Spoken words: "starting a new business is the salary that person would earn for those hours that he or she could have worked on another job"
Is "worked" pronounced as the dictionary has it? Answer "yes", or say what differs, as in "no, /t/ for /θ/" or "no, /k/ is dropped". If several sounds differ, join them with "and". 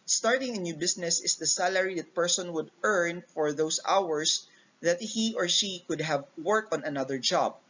no, /t/ is dropped